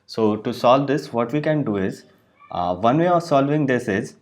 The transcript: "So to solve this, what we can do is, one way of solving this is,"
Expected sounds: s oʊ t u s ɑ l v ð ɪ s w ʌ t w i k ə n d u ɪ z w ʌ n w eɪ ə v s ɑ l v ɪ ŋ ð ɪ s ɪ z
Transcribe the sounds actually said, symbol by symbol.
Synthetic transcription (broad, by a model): s oʊ t u s ɑ l v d ɪ s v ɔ t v i k ə n d u ɪ z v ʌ n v eɪ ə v s ɑ l v ɪ ŋ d ɪ s ɪ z